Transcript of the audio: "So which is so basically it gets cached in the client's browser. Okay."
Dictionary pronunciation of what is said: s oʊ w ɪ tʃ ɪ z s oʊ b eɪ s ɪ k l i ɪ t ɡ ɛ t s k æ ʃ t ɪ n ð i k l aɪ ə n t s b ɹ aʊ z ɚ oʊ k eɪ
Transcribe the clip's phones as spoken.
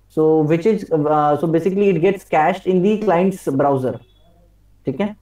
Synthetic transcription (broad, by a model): s oʊ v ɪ tʃ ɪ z s oʊ b eɪ s ɪ k l i ɪ t ɡ ɛ t s k æ ʃ t ɪ n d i k l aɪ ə n t s b ɹ aʊ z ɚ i k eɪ